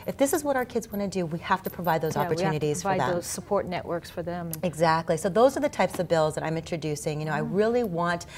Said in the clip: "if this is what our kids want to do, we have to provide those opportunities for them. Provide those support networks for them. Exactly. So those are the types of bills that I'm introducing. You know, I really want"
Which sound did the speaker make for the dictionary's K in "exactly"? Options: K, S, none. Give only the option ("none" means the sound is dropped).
K